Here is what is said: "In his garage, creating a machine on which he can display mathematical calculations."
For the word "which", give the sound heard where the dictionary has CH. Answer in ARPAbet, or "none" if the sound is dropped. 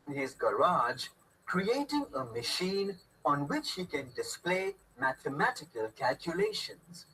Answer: CH